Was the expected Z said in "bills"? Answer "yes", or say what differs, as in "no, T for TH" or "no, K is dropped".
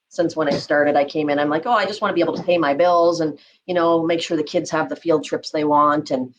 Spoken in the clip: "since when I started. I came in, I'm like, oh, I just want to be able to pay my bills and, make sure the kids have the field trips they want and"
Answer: yes